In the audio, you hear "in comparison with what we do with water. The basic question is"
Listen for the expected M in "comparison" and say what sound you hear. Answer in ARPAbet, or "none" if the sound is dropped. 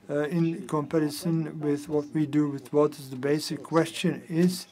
M